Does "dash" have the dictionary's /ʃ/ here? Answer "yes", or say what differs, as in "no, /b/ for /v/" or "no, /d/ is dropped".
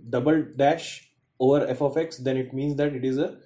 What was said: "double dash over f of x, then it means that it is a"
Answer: yes